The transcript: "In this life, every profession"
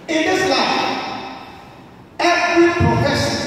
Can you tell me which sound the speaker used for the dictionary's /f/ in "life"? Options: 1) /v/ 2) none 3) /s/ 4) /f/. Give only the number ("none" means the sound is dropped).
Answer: 2